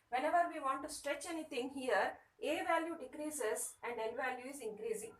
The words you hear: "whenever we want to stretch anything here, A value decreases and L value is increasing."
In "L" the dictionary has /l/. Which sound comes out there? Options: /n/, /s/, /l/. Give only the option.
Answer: /n/